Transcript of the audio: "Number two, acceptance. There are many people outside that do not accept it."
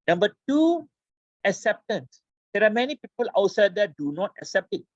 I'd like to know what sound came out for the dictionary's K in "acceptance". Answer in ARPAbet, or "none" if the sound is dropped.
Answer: K